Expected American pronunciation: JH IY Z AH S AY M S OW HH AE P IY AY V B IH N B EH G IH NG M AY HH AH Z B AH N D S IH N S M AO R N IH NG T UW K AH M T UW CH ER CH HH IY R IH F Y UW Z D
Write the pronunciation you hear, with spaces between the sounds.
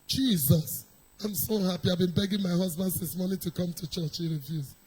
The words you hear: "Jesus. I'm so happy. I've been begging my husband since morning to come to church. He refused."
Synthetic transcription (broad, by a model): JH IY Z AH S AY M S OW HH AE P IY AY V B IH N B EH G IH NG M AY HH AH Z B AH N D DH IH S M AO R N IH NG T UW K AH M T UW CH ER CH HH IY R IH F Y UW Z